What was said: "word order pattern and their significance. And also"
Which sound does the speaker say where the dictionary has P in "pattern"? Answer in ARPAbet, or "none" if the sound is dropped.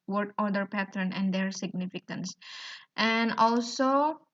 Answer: P